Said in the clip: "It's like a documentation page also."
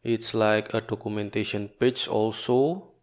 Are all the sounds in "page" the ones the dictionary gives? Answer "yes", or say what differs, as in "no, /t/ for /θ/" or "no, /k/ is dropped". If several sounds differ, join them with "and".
no, /tʃ/ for /dʒ/